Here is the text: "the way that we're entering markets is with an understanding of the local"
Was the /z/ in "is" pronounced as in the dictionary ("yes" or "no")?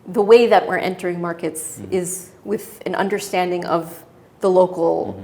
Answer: yes